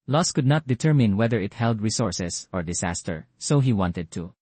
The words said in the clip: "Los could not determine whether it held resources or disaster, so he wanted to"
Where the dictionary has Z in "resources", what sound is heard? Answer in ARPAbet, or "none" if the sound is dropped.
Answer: S